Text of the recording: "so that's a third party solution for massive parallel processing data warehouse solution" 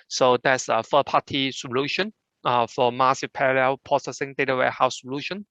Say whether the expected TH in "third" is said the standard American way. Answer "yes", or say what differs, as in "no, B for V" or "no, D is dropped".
no, F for TH